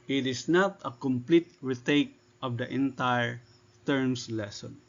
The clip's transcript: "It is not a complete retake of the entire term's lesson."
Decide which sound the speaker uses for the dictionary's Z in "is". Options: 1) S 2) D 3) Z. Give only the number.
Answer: 1